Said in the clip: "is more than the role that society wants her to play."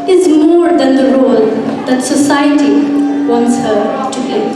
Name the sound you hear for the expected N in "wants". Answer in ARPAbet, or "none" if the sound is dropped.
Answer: N